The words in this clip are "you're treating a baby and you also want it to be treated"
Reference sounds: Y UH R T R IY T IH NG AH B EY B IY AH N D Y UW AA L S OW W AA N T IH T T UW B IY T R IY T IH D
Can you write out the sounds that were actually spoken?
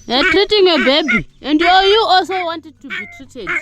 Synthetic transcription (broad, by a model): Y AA T R IY T IH NG AH B EY B IY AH N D Y UW AA L S OW W AA N T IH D T UW B IY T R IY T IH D